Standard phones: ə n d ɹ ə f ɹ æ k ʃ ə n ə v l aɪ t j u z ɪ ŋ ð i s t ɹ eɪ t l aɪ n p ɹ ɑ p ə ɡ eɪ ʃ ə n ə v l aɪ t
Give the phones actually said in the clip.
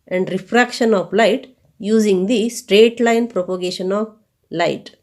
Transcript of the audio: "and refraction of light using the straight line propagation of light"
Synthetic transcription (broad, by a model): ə n d ɹ ə f ɹ æ k ʃ ə n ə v l aɪ t j u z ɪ ŋ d i s t ɹ eɪ t l aɪ n p ɹ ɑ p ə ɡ eɪ ʃ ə n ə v l aɪ t